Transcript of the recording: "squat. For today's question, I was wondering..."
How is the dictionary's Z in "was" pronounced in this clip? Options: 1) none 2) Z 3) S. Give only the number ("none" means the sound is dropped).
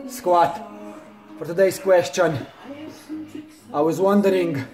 2